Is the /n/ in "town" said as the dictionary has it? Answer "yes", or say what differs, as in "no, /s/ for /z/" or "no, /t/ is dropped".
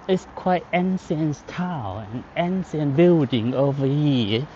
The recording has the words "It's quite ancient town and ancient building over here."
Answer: no, /n/ is dropped